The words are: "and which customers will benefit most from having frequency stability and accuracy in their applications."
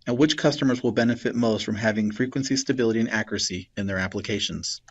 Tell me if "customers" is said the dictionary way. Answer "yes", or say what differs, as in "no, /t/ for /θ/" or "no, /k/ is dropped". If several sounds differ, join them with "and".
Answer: yes